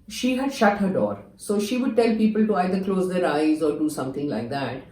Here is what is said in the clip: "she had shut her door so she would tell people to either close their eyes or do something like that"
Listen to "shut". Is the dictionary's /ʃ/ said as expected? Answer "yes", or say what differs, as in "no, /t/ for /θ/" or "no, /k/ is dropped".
yes